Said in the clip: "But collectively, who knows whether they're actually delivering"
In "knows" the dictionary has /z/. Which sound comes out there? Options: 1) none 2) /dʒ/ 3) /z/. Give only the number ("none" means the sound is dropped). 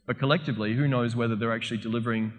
3